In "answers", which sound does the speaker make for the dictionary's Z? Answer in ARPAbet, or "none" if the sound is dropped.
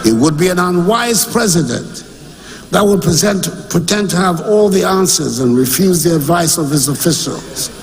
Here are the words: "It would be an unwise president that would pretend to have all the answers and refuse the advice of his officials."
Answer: Z